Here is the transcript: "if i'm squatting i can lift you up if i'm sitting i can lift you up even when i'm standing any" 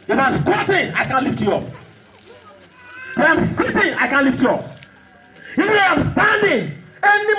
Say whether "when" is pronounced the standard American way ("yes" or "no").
no